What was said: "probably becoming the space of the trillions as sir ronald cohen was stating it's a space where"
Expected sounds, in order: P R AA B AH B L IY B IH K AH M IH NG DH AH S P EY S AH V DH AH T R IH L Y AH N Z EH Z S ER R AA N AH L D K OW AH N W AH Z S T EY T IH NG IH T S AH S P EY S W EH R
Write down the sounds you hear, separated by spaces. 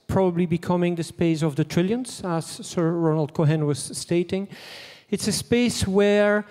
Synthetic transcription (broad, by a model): P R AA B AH B L IY B IH K AH M IH NG DH AH S P EY S AH V DH AH T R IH L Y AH N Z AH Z S ER R AA N AH L D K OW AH N W AH Z S T EY T IH NG IH T S AH S P EY S W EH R